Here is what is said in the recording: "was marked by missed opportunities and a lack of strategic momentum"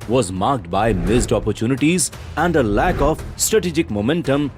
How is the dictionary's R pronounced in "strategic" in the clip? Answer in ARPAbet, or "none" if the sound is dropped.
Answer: R